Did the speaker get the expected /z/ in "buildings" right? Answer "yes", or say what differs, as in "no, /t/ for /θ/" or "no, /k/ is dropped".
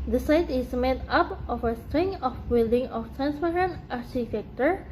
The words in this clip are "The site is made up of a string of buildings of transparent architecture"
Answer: no, /z/ is dropped